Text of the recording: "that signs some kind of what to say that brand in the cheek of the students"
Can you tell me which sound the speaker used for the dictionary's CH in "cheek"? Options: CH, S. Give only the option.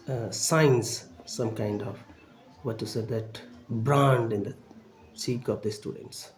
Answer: S